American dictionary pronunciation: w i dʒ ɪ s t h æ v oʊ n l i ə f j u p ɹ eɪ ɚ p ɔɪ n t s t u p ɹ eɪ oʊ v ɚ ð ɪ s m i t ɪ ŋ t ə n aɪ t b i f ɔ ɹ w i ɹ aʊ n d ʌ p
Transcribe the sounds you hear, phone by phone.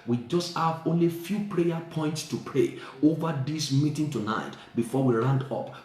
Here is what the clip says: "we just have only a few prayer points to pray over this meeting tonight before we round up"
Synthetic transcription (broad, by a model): w i dʒ ɪ s t h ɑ v oʊ n l i f j u p ɹ eɪ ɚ p ɔɪ n t s t u p ɹ eɪ oʊ v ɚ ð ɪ s m i t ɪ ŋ t ə n aɪ t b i f ɔ w i ɹ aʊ n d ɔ p